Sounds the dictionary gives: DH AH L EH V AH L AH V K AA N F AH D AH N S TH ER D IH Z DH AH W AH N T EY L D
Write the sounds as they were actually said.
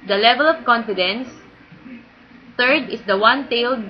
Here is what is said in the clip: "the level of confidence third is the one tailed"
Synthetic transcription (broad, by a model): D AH L EH V AH L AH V K AA N F AH D AH N S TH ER D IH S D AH W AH N T EY L D